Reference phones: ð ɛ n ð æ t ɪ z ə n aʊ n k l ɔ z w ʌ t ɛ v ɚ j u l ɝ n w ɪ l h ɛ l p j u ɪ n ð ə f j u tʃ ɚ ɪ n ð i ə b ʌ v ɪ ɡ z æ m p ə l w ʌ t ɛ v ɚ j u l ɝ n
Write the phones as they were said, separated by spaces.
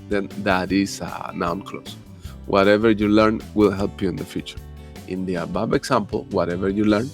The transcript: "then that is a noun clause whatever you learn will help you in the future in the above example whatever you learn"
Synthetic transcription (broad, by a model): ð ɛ n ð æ t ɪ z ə n aʊ n k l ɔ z w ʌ t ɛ v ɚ j u l ɝ n w ɪ l h ɛ l p j u ɪ n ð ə f j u tʃ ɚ ɪ n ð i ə b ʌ b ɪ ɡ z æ m p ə l w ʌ t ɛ v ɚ j u l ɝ n